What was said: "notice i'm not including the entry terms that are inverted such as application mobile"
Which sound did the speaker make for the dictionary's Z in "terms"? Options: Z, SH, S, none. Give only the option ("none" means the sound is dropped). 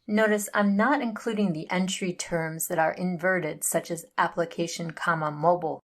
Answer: Z